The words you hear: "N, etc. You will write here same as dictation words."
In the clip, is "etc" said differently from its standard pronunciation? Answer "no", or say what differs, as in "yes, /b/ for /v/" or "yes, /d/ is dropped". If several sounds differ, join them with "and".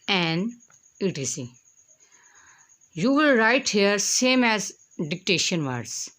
yes, /s/ is dropped